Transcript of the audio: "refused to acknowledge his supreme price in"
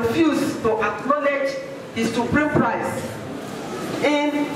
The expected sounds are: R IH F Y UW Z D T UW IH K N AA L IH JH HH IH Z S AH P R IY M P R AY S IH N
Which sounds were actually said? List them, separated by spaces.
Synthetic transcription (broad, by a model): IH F Y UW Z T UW IH K N AA L IH JH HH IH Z S AH P R IY M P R AY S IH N